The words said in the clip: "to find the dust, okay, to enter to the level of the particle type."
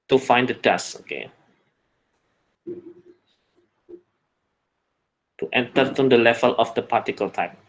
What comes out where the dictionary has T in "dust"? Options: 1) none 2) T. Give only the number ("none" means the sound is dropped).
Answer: 1